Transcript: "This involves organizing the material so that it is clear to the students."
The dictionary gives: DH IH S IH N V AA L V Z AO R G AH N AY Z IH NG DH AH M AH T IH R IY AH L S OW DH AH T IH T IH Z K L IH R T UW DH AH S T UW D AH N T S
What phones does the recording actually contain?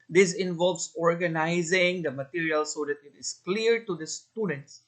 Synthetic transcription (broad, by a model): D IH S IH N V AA L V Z AO R G AH N AY Z IH NG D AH M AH T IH R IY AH L S OW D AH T IH T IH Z K L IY R T UW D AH S T UW D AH N T S